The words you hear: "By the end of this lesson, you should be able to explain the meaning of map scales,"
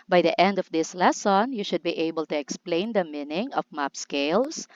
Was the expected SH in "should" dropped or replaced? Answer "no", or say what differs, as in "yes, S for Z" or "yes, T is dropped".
no